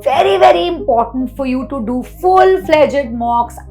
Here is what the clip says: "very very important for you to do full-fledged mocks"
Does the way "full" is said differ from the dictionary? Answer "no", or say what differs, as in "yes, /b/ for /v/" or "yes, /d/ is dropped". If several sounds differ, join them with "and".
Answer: no